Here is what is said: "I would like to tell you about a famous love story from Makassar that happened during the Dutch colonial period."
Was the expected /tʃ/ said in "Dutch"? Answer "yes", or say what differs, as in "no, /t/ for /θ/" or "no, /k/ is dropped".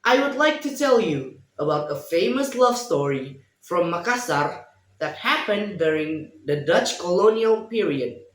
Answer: yes